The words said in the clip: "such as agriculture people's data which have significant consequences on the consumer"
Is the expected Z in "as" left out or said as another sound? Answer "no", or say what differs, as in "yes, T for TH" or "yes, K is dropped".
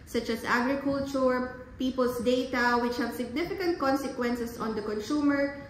yes, S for Z